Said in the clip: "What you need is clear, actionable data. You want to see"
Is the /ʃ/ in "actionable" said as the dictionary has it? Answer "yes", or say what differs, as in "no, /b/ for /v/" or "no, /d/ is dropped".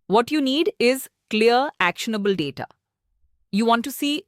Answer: yes